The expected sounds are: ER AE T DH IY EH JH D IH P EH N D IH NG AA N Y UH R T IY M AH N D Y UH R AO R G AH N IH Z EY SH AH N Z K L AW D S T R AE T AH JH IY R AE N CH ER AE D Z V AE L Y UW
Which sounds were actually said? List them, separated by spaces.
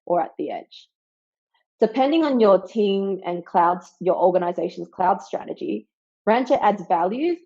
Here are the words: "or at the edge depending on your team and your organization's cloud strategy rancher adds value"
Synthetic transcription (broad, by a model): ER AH T DH IY EH JH D IH P EH N D IH NG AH N Y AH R T IY M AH N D Y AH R AO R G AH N IH Z EY SH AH N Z K L AW D S T R AE T AH JH IY R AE N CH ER AE D Z V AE L Y UW